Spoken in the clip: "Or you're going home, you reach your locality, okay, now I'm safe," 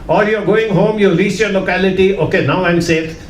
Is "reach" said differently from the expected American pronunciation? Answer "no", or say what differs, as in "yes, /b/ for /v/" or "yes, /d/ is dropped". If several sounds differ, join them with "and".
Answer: yes, /s/ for /tʃ/